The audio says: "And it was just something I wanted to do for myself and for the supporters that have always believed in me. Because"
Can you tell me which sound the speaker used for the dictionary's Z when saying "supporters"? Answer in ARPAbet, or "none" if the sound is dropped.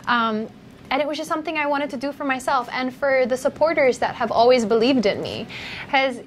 Z